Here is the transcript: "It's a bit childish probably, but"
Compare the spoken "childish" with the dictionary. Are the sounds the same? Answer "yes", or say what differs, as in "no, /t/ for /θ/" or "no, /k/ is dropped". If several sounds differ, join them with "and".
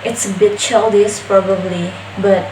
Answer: no, /s/ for /ʃ/